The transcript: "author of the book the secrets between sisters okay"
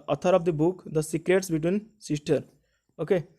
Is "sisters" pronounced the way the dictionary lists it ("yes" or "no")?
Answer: no